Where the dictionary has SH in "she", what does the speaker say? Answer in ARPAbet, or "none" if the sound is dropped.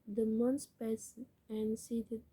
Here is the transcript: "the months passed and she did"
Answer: S